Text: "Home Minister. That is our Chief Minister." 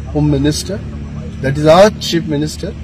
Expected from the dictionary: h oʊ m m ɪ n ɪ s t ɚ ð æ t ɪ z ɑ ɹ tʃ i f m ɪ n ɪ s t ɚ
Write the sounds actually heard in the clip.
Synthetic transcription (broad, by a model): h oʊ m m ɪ n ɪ s t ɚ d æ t ɪ z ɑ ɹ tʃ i p m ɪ n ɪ s t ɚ